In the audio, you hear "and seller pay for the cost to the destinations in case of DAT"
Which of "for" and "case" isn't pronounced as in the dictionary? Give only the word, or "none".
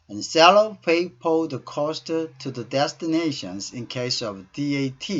for